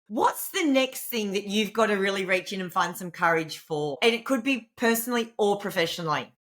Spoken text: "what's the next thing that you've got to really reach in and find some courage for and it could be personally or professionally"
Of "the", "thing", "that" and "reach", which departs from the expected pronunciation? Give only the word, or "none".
none